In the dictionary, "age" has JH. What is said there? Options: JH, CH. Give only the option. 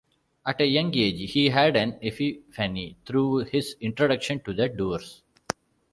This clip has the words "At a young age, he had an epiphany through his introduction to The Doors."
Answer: JH